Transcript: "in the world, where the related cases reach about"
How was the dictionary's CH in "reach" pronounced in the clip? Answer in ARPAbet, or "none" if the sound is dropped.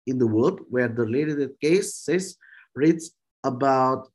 S